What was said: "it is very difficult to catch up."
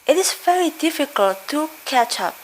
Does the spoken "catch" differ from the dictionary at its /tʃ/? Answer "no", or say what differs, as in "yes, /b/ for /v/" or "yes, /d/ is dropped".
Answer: no